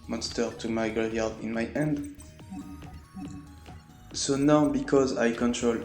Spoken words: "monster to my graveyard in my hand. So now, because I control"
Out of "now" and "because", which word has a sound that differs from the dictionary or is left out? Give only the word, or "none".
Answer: none